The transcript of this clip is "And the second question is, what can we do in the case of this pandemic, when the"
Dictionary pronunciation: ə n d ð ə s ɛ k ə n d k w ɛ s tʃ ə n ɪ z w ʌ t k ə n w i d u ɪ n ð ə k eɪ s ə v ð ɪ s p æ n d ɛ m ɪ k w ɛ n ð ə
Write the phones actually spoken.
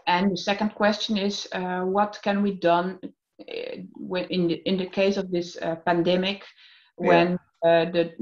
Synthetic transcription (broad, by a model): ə n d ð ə s ɛ k ə n d k w ɛ s tʃ ə n ɪ z w ʌ t k ə n w i d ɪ ɪ n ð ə k eɪ s ə v ð ɪ s p æ n d ɛ m ɪ k w ɛ n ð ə